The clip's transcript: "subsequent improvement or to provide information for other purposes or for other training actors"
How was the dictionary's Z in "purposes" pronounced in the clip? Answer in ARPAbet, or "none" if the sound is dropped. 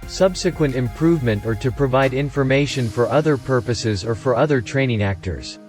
Z